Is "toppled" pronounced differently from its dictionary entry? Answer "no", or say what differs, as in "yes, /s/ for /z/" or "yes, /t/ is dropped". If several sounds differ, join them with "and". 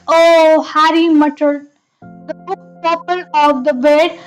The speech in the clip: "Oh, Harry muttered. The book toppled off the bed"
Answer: yes, /d/ is dropped